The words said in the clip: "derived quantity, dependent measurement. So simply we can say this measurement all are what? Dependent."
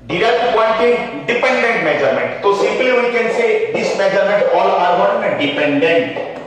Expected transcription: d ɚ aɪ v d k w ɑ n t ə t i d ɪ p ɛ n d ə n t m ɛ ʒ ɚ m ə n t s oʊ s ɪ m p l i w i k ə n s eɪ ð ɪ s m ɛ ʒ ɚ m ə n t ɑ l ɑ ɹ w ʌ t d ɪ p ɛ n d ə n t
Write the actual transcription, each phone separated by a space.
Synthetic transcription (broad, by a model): d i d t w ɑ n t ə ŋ d ɪ p ɛ n d ə n t m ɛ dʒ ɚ m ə n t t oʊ s ɪ m p l i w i k ə n s eɪ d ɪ s m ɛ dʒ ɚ m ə n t ɑ l ɑ ɹ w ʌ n d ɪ p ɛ n d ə n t